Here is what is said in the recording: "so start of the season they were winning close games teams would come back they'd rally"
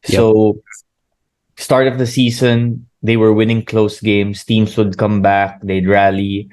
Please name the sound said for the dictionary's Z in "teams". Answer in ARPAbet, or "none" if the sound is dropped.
S